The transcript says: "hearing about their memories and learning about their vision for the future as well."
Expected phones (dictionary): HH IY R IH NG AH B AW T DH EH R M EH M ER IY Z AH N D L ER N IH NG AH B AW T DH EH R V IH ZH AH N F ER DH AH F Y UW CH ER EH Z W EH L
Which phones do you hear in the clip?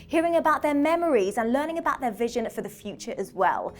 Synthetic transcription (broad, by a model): HH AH R IH NG AH B AW T DH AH M EH M ER IY Z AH N L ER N IH NG AH B AW T DH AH V IH ZH AH N F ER DH AH F Y UW CH ER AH Z W EH L